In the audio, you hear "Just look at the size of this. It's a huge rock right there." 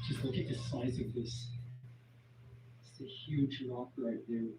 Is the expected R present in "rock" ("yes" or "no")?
no